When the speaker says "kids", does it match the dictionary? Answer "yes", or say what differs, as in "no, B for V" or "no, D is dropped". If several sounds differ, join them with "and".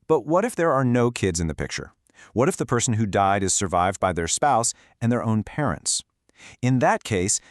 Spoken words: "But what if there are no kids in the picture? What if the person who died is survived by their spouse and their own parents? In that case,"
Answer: yes